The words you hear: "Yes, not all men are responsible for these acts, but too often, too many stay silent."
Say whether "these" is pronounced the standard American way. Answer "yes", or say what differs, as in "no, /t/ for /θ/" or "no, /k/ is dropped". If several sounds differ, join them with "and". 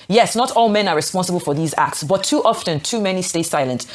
yes